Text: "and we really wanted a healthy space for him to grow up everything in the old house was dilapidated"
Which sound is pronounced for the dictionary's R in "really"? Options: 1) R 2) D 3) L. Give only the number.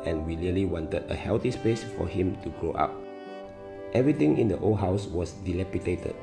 3